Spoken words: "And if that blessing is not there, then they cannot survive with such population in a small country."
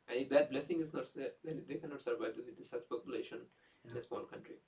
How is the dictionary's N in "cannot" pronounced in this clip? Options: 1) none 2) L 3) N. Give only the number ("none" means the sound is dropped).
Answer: 3